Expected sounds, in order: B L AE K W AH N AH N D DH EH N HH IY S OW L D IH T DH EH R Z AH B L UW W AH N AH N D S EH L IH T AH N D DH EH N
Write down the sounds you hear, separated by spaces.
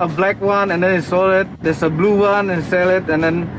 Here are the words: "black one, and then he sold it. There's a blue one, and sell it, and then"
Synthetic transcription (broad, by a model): B L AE K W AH N AH N D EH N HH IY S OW L IH T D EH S AH B L UW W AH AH N S EH L IH T AH N D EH N